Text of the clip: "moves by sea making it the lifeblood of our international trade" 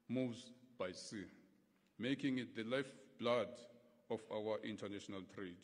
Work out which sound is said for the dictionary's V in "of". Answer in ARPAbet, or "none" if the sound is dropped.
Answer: F